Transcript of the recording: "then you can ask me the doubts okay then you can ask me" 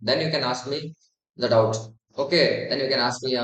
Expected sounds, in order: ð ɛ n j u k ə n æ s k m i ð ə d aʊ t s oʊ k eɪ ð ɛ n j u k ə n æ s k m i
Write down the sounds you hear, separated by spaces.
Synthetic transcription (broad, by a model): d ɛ n j u k ə n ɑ s k m i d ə d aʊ t oʊ k eɪ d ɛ n j u k ə n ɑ s k m i